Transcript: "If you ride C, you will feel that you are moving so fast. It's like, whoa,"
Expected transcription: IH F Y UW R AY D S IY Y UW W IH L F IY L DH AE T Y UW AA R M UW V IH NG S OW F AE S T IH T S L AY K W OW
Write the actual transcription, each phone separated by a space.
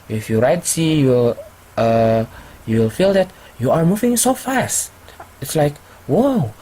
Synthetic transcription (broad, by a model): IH F Y UW R AY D S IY Y UW W IH L F IY L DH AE T Y UW AA R M UW V IH NG S OW F AE S T IH T S L AY K W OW